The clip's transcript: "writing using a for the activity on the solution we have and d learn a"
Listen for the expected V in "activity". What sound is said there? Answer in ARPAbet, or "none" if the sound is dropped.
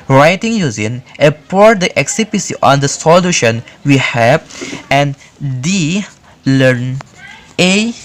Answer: B